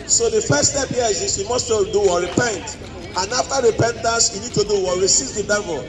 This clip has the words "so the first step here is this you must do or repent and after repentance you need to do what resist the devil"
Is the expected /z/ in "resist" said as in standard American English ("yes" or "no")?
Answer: no